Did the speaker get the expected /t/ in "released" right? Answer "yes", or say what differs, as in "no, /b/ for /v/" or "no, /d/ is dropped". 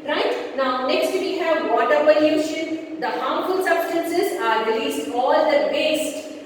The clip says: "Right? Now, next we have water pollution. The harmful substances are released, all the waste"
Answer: yes